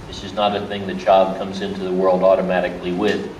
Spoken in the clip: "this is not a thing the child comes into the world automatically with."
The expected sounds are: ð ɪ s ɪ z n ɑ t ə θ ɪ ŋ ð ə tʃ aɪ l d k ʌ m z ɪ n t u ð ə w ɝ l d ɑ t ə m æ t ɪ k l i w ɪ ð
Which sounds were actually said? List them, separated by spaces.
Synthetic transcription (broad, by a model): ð ɪ s ɪ z n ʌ t ə θ ɪ ŋ ð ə tʃ aɪ l d k ʌ m z ɪ n t u ð ə w ɝ l d ɑ t ə m æ t ɪ k l i w ɪ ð